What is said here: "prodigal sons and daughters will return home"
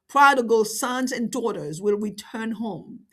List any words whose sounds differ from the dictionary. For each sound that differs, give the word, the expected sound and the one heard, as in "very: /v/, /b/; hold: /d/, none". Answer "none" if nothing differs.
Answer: none